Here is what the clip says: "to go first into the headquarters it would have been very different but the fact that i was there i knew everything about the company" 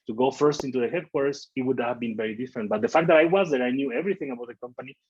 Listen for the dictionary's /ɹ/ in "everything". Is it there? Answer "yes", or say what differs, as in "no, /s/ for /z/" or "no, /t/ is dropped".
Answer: yes